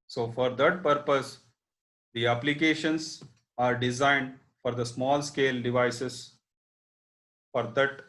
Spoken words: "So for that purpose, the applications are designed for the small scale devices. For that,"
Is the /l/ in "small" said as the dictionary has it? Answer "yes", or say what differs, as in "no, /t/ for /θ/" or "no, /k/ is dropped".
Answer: yes